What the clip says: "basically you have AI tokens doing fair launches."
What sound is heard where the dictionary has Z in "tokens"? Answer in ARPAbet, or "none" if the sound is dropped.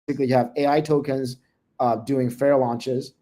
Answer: Z